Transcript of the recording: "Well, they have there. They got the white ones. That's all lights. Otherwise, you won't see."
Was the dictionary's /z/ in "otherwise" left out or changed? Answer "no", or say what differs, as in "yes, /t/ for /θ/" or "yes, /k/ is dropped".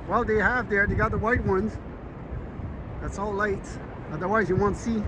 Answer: no